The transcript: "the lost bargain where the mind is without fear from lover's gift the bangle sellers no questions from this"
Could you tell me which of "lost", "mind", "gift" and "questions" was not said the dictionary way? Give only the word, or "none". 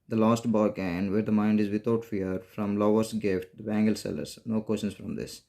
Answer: questions